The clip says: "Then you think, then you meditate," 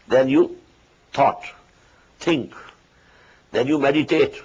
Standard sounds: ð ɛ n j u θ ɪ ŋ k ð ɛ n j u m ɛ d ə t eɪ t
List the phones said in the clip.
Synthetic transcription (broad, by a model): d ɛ n j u t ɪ ŋ k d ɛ n j u m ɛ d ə t eɪ t